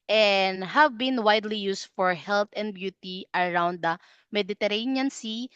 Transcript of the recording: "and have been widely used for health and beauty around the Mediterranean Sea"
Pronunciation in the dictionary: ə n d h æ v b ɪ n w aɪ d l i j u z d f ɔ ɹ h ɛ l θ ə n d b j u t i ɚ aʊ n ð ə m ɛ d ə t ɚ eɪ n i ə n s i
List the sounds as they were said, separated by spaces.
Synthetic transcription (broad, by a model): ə n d h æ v b ɪ n w aɪ d l i j u s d f ɔ ɹ h ɛ l t ə n d b j u t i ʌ aʊ n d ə m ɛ d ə t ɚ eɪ n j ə n s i